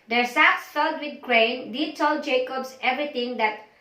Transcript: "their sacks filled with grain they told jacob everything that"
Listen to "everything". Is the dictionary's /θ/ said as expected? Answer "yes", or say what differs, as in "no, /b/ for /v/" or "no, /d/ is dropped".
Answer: no, /t/ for /θ/